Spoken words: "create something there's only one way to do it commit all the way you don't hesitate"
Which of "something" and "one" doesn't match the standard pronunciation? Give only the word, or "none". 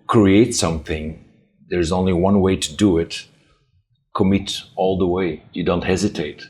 none